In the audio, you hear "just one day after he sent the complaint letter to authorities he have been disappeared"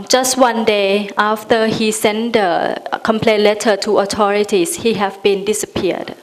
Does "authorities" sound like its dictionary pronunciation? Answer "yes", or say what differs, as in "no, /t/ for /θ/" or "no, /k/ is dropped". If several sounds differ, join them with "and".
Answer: no, /t/ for /θ/ and /s/ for /z/